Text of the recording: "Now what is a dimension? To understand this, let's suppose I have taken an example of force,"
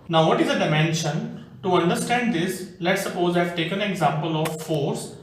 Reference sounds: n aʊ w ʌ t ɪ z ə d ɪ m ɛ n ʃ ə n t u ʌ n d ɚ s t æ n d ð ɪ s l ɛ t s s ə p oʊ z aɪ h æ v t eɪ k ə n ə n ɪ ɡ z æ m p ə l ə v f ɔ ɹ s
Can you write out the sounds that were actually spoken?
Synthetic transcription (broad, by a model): n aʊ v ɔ t ɪ z ə d ɪ m ɛ n ʃ ə n t u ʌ n d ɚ s t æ n d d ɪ s l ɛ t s s ə p oʊ z aɪ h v t eɪ k ə n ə ɡ z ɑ m p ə l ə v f ɔ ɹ s